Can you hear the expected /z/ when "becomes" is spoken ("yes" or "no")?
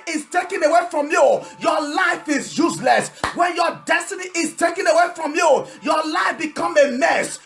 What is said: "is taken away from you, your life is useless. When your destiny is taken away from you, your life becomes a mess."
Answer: no